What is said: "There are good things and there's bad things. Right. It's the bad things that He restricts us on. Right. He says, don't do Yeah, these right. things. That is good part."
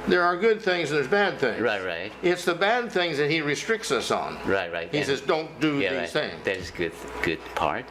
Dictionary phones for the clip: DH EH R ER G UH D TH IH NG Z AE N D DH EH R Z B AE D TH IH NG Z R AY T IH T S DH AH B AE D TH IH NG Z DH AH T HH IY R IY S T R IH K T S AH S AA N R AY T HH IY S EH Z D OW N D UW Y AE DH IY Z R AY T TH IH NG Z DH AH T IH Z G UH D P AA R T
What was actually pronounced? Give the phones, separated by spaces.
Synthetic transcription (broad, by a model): DH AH R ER G UH D TH IH NG Z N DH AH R Z B AE D TH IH NG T R AY T IH T S DH AH B AE D TH IH NG Z DH AH T HH IY R IY S T R IH K T S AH S AA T R AY T HH IY S EH Z D OW N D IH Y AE DH IY Z TH IH NG Z DH AH T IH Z G UH D P AA R T